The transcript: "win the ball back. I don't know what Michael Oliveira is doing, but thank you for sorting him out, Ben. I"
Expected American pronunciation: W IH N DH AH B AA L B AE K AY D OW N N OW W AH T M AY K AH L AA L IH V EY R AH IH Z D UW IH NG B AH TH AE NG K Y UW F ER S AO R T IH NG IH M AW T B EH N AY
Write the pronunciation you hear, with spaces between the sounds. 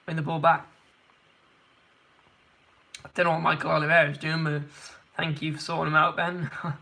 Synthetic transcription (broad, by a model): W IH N DH AH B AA L B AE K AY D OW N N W M AY K AH L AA L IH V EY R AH IH Z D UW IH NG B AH TH AE NG K Y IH F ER S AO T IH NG IH M AW T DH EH N